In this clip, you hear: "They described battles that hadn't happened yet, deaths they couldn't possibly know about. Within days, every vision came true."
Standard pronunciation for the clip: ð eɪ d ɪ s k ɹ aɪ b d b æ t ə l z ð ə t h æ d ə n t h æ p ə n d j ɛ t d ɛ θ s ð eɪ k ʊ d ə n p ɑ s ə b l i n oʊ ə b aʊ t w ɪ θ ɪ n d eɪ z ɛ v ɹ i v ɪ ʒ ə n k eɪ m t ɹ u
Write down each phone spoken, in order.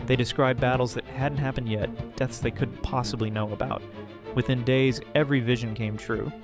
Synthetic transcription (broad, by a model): ð eɪ d ɪ s k ɹ aɪ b b æ t l z ð ə t h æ d n t h æ p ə n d j ɛ t d ɛ θ s ð eɪ k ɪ d p ɑ s ə b l i n oʊ ə b aʊ t w ɪ θ ɪ n d eɪ z ɛ v ɹ i v ɪ ʒ ə n k eɪ m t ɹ u